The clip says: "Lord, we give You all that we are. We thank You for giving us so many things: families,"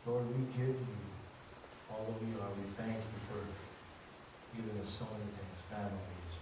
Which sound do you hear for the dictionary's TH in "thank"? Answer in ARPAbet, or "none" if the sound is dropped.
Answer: TH